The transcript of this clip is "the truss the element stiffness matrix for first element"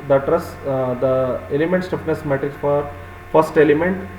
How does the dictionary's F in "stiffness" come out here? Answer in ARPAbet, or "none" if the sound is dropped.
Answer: P